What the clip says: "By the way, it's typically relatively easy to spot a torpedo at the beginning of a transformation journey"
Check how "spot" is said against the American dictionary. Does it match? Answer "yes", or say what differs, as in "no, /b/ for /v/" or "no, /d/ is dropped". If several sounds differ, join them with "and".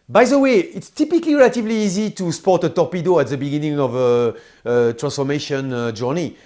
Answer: yes